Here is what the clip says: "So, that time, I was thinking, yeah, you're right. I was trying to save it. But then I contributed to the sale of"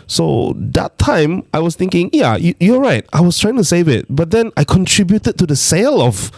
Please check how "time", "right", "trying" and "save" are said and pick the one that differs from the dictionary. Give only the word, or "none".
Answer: none